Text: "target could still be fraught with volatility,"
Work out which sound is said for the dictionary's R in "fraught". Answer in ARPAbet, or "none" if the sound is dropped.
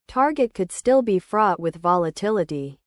R